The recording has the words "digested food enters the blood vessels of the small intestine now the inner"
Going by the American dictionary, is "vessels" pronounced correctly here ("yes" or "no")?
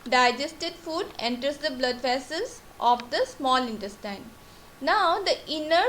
no